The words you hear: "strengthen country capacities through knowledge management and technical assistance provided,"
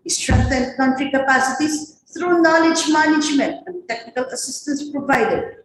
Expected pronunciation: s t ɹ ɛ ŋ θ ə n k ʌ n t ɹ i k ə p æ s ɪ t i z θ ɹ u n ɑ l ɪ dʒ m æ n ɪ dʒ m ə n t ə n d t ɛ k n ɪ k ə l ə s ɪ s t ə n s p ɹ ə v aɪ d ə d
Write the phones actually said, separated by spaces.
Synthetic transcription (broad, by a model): s t ɹ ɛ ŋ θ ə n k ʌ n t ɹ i k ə p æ s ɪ t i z t ɹ u n ɑ l ɪ dʒ m æ n ɪ dʒ m ə n t ə n d t ɛ k n ɪ k ə l ə s ɪ s t ə n s p ɹ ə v aɪ d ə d